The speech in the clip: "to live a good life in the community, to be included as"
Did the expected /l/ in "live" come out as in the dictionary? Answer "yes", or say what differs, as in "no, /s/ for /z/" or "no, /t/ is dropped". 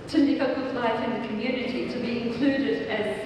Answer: no, /n/ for /l/